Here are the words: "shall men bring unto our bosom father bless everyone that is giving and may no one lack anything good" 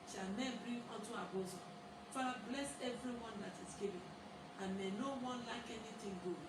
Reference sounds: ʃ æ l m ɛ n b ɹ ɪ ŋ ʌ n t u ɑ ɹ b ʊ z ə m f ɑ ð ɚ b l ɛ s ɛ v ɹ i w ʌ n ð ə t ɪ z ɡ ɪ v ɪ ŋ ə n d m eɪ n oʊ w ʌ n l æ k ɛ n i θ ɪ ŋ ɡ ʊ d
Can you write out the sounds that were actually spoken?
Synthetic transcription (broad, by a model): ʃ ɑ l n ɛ b ɹ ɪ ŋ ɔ t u ɑ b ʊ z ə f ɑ ɑ b l ɛ s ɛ v ɹ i w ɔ n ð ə t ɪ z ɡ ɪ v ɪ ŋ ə n m eɪ n oʊ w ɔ n l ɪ k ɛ n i t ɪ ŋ ɡ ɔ